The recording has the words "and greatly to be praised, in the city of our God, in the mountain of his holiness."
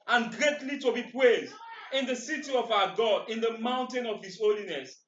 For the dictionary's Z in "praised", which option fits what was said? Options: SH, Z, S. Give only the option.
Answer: Z